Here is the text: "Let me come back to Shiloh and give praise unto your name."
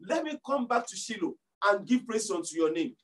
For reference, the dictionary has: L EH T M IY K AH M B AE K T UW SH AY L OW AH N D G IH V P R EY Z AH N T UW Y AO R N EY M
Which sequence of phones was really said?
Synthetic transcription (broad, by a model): L EH T M IY K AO M B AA K T UW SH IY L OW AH N G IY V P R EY S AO N T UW Y AO N EY M